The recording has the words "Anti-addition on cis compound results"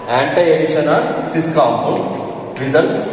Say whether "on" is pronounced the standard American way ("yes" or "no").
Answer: no